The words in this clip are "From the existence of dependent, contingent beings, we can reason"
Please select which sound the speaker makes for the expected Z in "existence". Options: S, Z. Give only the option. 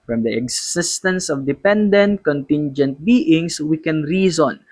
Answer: S